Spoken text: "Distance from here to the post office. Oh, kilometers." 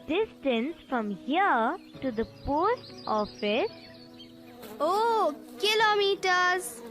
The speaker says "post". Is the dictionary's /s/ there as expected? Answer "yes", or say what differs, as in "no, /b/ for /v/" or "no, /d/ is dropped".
yes